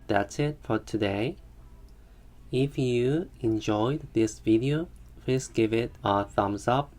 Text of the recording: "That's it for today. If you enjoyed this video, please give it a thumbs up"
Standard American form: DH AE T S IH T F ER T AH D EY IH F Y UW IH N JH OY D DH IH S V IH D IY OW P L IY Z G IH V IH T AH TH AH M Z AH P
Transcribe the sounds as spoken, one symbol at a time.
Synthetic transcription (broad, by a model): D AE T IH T F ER T AH D EY IH F Y UW IH N JH OY D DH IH S V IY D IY OW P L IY S G IH V IH T AH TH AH M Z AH P